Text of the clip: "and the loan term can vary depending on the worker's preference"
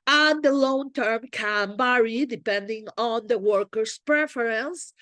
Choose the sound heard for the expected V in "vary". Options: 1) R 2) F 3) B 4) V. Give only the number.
3